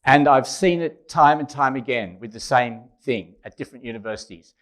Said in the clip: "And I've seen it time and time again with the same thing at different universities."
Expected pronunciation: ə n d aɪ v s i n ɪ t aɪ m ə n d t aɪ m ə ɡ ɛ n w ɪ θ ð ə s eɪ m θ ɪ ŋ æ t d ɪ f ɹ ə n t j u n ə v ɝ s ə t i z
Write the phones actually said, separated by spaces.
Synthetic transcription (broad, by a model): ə n aɪ v s i n ɪ t aɪ m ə n t aɪ m ə ɡ ɛ n w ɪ ð ə s eɪ m θ ɪ ŋ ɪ t d ɪ f ɹ ə n t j u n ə v ɝ s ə t i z